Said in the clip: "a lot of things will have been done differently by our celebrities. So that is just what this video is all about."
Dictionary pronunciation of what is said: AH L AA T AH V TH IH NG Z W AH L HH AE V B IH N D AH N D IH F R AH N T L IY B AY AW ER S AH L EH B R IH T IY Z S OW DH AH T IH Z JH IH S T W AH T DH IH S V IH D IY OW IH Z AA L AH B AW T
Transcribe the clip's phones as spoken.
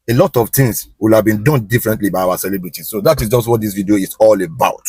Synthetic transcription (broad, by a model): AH L AA T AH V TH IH NG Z W AH L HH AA V B IH N D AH N D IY F R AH N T L IY B AY AW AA S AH L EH B R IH T IY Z S OW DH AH T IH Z JH IH S T W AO T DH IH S V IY D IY OW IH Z AA L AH B AW T